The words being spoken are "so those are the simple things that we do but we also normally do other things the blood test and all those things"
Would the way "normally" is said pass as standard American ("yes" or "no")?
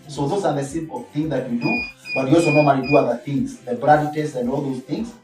no